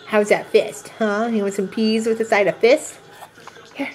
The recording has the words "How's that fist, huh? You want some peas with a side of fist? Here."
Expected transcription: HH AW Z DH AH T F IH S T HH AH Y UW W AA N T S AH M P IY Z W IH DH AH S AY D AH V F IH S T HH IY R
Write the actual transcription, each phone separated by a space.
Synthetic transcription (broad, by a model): HH AW Z DH AH T F IH S T HH AH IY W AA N S AH M P IY Z W IH DH AH S AY D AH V F IH S T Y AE